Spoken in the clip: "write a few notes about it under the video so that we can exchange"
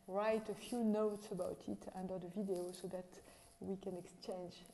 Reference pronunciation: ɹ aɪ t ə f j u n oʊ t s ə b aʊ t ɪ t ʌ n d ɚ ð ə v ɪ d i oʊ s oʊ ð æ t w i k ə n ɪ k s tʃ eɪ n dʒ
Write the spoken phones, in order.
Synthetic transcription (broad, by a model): ɹ aɪ t ə f j u n oʊ t s ə b aʊ t ɪ t ʌ n d ɚ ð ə v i d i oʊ s oʊ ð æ t w i k ə n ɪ k s tʃ eɪ n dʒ